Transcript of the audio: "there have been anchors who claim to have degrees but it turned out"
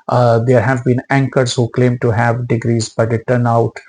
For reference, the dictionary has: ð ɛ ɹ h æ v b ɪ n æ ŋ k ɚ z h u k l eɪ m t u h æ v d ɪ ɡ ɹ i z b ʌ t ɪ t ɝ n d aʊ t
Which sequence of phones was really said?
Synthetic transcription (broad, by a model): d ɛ ɹ h æ v b ɪ n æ ŋ k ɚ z h u k l eɪ m t u h æ v d ɪ ɡ ɹ i z b ʌ t ɪ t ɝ n aʊ t